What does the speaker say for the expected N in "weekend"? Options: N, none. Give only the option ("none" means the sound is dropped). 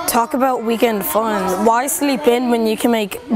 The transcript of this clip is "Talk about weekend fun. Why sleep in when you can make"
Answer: N